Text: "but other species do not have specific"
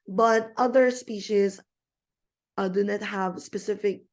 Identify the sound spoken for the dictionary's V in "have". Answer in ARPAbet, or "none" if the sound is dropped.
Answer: V